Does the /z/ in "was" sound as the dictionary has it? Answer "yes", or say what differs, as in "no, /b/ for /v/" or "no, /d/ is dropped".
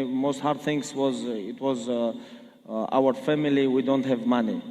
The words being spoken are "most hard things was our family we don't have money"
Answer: yes